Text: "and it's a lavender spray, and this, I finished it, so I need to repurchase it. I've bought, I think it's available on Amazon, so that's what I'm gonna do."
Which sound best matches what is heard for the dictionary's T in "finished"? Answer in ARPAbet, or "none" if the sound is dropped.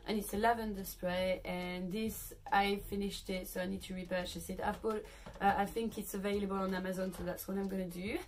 T